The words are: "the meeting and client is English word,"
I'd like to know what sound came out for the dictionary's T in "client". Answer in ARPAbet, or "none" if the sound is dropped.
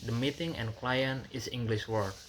none